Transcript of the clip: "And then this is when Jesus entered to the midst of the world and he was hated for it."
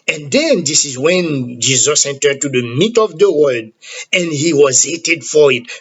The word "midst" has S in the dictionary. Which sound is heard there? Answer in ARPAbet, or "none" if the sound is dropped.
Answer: none